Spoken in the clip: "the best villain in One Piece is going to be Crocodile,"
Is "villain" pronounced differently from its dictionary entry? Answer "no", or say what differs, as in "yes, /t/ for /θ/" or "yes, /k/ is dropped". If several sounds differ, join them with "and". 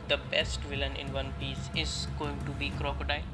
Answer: no